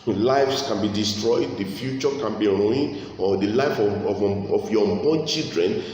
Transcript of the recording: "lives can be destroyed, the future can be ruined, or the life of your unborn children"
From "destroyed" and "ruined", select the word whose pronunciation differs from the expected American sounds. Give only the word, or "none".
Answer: ruined